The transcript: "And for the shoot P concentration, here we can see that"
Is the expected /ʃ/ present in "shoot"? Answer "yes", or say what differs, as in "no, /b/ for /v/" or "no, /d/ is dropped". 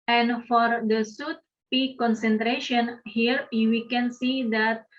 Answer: no, /s/ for /ʃ/